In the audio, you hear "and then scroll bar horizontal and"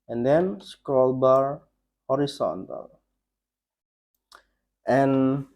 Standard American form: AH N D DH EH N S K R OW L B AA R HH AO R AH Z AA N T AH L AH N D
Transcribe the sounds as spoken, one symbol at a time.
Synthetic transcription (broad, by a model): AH N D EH N S K OW L B AA R HH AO R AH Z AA N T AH L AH N